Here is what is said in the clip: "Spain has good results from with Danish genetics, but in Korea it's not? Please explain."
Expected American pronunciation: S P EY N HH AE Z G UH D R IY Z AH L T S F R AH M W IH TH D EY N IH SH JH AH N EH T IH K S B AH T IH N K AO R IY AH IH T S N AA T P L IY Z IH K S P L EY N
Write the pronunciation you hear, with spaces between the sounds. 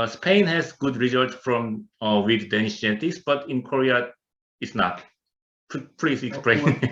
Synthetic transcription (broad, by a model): S P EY N HH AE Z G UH D R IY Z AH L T S F R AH M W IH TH D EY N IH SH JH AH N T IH S B AH T IH N K AO R IY AH IH T S N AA T P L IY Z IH K S P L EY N